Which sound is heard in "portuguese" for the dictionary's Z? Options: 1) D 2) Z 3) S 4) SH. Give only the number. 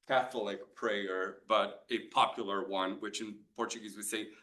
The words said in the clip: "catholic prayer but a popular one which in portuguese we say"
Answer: 2